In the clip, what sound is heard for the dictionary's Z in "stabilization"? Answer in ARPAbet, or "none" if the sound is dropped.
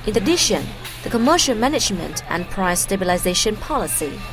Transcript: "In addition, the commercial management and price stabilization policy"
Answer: Z